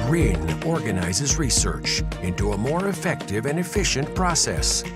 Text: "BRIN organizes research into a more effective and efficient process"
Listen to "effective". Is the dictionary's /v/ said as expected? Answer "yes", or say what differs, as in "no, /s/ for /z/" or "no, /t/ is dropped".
yes